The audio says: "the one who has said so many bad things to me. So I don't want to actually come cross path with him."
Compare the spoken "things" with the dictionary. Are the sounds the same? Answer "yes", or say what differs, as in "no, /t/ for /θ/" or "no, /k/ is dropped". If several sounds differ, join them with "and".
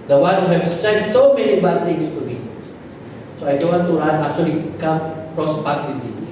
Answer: no, /t/ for /θ/ and /s/ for /z/